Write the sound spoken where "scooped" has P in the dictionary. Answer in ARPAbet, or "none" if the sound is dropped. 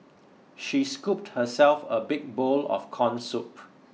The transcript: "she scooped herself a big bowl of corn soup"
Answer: P